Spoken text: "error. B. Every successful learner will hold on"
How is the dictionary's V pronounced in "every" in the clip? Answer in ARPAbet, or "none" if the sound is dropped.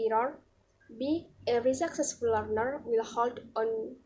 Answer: none